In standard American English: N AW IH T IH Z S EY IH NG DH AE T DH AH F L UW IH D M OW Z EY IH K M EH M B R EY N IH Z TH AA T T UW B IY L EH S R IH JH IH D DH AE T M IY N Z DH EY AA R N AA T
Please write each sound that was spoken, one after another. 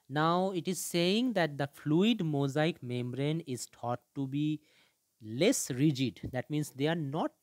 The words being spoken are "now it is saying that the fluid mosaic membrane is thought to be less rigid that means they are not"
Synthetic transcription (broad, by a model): N AW IH T IH Z S EY IH NG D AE T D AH F L UW IH D M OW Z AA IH K M EH M B R EY N IH Z T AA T T UW B IY L EH S R IH JH IH D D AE T M IY N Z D EY AA R N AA T